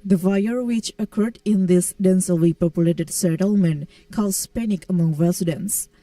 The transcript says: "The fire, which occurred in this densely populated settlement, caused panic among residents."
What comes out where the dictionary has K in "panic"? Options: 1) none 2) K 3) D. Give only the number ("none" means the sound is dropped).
2